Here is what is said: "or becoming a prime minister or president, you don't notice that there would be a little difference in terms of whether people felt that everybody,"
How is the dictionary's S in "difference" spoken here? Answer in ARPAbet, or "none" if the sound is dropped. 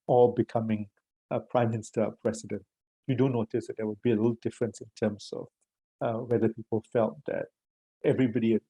S